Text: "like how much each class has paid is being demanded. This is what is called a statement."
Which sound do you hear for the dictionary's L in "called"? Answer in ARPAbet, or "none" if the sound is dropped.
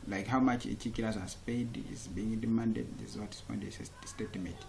N